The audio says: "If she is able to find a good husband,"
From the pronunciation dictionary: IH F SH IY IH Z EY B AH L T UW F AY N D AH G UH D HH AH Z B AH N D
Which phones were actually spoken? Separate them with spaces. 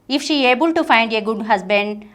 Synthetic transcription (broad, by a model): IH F SH IY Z EY B AH L T UW F AY N D AH G UH D HH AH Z B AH N D